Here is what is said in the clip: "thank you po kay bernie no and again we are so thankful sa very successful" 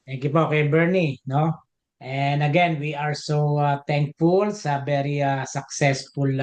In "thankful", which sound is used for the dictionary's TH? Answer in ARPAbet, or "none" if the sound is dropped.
T